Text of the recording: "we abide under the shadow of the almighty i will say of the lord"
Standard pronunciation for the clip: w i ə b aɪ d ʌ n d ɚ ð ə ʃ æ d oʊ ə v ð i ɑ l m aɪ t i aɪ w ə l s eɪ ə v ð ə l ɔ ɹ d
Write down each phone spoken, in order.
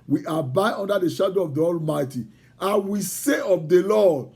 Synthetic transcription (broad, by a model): w i ə b aɪ d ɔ n d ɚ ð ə ʃ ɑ d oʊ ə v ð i ɑ l m aɪ t i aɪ w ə s eɪ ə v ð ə l ɔ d